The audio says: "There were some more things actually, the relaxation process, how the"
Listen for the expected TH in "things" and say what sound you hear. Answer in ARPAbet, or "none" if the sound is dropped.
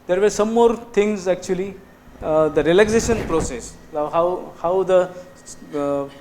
T